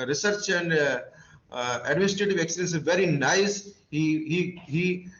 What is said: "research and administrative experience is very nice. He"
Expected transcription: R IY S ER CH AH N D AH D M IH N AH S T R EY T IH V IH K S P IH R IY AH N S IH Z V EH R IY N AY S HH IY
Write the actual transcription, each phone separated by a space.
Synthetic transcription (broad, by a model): R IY S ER CH AH N D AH D M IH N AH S T R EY T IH V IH K S IH IY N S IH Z V EH R IY N AY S HH IY